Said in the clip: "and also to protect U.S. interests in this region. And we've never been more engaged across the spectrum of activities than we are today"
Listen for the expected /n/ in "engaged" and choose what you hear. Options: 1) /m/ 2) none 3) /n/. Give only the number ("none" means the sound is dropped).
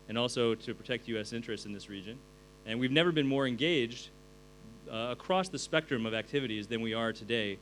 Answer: 3